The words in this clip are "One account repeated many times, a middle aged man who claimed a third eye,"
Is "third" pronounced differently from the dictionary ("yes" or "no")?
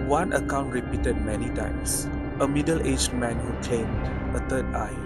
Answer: yes